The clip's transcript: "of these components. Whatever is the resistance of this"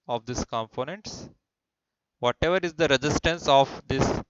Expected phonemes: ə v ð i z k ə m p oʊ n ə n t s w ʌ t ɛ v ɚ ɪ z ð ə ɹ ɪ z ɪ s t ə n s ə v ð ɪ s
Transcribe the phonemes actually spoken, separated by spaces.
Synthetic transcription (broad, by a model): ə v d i s k ə m p oʊ n ə n t s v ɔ t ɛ v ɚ ɪ z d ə ɹ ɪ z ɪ s t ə n s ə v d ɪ s